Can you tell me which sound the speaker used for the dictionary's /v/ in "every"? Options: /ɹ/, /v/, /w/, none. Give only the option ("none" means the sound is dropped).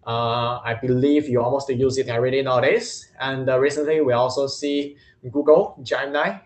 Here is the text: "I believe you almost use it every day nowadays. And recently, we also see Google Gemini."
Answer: none